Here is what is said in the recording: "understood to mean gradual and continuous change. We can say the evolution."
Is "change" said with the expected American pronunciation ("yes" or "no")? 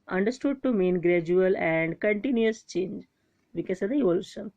yes